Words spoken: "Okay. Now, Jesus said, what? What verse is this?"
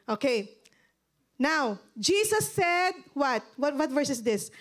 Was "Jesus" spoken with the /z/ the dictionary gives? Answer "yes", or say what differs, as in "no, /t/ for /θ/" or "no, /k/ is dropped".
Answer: no, /s/ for /z/